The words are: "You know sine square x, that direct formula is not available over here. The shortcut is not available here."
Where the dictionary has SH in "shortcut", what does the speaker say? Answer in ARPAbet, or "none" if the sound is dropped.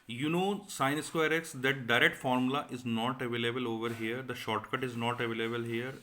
SH